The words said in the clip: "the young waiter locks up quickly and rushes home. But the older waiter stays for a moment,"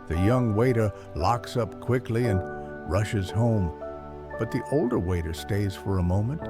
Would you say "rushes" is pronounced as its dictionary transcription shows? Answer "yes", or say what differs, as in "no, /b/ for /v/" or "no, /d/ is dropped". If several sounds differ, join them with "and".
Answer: yes